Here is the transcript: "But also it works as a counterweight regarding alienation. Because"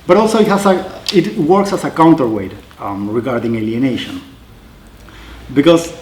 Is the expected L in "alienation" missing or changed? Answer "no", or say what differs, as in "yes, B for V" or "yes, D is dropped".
no